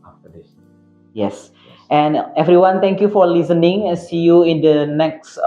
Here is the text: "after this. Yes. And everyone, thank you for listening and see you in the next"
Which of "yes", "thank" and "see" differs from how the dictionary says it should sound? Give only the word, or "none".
thank